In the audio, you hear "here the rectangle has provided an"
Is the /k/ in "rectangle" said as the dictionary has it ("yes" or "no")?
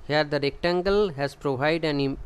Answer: yes